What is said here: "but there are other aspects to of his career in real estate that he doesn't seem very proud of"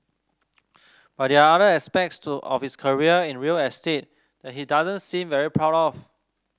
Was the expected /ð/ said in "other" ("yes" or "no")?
no